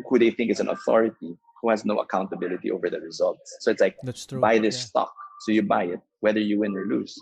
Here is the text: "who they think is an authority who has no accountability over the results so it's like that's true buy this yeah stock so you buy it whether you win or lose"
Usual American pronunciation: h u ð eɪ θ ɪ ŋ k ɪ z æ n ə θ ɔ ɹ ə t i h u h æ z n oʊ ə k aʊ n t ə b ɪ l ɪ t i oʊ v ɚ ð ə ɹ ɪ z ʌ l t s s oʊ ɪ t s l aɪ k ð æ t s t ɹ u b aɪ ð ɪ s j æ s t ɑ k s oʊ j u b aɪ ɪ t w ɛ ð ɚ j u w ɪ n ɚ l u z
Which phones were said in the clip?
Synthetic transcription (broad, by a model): h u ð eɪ θ ɪ ŋ k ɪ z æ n ə θ ɔ ɹ ə t i h u h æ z n oʊ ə k aʊ n t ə b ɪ l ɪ t i oʊ v ɚ ð ə ɹ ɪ z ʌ l t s s oʊ ɪ t s l aɪ k b aɪ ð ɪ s s t ɑ k s oʊ j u b aɪ ɪ t w ɛ ð ɚ j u w ɪ n ɚ l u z